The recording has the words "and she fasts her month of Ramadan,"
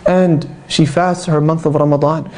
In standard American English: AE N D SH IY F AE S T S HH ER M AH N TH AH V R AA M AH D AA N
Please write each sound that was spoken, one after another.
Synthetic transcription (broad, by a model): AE N D SH IY F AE S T HH ER M AH N TH AH V R AA M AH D AA N